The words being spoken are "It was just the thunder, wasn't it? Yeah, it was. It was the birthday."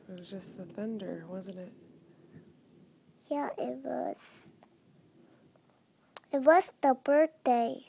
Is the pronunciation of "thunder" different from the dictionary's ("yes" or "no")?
no